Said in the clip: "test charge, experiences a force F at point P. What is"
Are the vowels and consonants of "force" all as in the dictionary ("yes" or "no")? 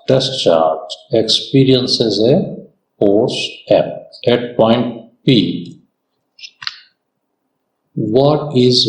no